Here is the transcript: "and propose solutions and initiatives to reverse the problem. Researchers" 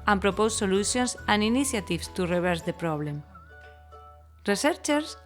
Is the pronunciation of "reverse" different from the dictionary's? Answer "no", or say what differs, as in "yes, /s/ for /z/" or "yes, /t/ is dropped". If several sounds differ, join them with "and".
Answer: yes, /b/ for /v/